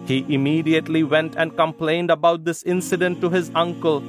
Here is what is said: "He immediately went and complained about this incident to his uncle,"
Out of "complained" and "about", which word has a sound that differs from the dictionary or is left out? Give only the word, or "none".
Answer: none